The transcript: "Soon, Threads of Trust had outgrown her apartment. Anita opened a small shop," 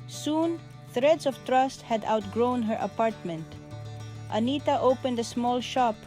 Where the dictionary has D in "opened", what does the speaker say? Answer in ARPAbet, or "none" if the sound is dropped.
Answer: D